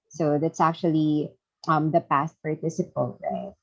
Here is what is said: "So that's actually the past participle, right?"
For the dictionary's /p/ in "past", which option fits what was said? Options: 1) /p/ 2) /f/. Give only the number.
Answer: 1